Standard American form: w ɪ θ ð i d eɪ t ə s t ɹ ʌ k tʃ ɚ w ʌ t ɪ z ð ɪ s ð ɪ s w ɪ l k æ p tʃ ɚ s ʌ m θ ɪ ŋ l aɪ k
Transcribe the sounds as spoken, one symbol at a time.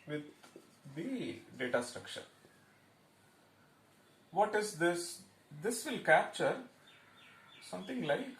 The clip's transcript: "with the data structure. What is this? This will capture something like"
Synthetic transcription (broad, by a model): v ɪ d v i d eɪ t ə s t ɹ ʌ k ʃ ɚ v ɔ t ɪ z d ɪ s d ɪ s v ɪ l k æ p tʃ ɚ s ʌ m t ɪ ŋ l aɪ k